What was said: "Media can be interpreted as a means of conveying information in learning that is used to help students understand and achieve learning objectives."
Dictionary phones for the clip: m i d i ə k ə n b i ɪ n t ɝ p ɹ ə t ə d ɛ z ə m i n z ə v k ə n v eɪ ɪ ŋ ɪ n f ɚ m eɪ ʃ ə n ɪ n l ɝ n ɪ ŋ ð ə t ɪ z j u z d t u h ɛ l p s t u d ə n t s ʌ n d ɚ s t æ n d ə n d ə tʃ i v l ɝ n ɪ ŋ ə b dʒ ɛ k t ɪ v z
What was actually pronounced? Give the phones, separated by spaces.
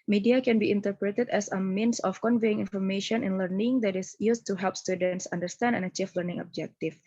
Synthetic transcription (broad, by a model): m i d i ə k ə n b i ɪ n t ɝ p ɹ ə t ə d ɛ s ə m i n s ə f k ə n v eɪ ɪ ŋ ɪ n f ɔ m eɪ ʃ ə n ɪ n l ɝ n ɪ ŋ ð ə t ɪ s j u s t u h ɛ l p s t u d ə n t s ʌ n d ɚ s t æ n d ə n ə tʃ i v l ɝ n ɪ ŋ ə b dʒ ɛ k t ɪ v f